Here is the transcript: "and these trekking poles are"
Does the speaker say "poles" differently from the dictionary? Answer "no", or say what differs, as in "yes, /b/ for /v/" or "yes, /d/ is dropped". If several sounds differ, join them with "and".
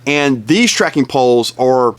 no